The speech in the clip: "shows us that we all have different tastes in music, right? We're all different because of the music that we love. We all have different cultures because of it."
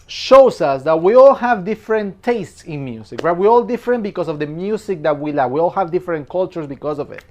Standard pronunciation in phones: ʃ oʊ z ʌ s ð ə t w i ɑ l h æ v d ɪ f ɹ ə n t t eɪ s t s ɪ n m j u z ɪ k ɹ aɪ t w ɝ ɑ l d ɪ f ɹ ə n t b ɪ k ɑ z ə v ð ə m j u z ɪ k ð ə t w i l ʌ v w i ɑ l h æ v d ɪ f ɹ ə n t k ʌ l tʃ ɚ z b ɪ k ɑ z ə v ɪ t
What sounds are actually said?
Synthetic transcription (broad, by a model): ʃ oʊ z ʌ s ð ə t w i ɑ l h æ v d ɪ f ɹ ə n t t eɪ s t s ɪ n m j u s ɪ k w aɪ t w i ɑ l d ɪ f ɹ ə n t b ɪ k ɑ s ə v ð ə m j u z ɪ k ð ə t w i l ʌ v w i ɑ l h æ v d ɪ f ɹ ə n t k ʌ l tʃ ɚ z b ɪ k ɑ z ə v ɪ t